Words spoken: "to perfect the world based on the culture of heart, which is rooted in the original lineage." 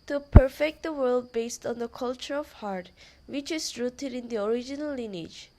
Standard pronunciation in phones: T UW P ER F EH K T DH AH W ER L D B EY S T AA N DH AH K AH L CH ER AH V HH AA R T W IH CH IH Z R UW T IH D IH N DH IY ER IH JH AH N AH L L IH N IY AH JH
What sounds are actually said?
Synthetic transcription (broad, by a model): T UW P ER F EH K T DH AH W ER L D B EY S T AA N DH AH K AH L CH ER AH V HH AA R T W IH CH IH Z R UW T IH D IH N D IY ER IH JH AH N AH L L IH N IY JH